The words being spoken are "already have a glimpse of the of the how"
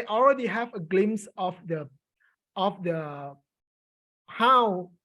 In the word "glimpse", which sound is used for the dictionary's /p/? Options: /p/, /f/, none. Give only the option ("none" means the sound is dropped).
none